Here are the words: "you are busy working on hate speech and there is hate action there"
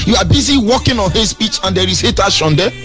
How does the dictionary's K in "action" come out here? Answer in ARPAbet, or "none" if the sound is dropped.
none